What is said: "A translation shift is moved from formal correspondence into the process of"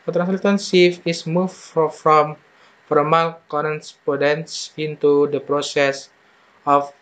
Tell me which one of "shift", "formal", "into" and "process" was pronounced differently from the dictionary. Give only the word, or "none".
shift